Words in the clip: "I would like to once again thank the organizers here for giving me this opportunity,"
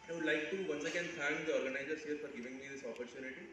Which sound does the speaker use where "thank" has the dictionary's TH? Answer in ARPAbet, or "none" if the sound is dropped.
F